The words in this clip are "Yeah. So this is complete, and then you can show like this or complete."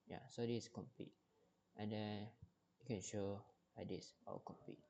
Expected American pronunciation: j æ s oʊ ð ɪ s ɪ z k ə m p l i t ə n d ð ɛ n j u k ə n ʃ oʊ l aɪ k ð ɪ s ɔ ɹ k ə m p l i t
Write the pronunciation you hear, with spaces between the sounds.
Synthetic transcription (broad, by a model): j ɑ s oʊ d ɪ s k ə m p l i t ə n d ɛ n j u k ə n ʃ oʊ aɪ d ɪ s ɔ l k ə m p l i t